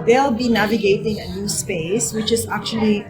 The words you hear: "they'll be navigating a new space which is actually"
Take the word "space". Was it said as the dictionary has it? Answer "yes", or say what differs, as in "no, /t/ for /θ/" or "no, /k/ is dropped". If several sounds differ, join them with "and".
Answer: yes